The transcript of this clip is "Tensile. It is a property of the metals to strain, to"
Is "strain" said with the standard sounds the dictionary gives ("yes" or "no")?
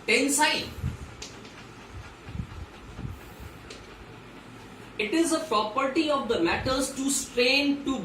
yes